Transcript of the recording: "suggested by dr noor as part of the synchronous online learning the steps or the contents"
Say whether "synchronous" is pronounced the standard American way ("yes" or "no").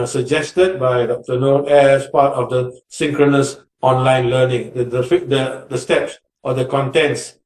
yes